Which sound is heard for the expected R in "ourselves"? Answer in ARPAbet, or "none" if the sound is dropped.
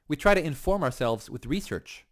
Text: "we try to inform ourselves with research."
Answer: R